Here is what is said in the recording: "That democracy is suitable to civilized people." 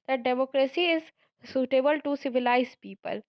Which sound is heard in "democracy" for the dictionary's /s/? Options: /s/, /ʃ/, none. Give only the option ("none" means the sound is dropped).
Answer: /s/